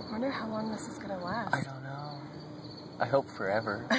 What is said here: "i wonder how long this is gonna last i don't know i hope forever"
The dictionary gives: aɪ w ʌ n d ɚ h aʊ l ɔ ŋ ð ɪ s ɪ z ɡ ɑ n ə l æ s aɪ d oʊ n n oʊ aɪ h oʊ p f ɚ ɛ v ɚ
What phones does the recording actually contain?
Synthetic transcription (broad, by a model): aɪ w ʌ n d ɚ h aʊ l ɔ ŋ ð ɪ s ɪ z ɡ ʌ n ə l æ aɪ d oʊ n n oʊ aɪ h oʊ p f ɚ ɛ v ɚ